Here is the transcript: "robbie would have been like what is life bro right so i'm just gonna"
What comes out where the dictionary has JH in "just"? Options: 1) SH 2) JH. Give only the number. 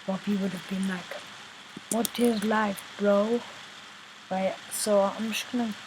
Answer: 1